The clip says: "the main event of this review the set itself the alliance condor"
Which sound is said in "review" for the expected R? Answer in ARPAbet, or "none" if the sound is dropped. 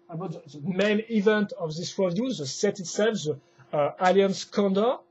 W